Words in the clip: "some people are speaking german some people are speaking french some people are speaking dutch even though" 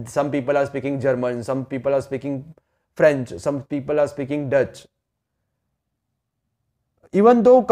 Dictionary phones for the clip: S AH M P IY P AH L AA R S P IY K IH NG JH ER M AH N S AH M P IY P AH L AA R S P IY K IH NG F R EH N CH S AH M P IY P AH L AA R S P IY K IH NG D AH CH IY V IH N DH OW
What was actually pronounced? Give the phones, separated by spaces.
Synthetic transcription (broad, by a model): S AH M P IY P AH L AA R S P IY K IH NG JH ER M AH N S AH M P IY P AH L AA R S P IY K IH NG F R EH N CH S AH M P IY P AH L AA R S P IY K IH NG D AH CH IY V IH N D OW